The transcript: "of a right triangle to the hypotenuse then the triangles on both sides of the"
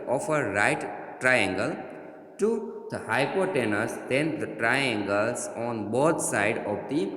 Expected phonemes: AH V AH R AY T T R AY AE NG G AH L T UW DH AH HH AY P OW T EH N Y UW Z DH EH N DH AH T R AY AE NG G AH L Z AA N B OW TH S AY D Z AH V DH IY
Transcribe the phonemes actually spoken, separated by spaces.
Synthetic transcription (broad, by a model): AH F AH R AY T T R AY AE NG G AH L T UW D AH HH AY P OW T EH N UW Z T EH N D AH T R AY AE NG G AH L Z AA N B OW T S AY D AH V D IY